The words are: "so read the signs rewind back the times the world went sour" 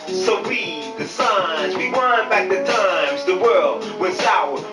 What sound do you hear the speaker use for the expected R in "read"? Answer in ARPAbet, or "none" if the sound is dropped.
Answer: W